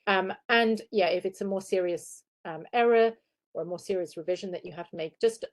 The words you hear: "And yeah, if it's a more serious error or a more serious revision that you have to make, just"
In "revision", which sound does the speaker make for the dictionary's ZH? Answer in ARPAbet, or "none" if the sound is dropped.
ZH